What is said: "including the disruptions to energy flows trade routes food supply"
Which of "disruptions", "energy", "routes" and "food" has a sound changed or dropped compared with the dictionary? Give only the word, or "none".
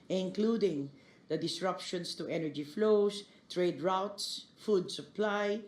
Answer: disruptions